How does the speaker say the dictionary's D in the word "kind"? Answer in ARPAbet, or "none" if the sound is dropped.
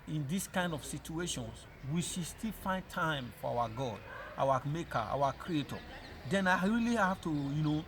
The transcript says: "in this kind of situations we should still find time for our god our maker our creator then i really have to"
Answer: D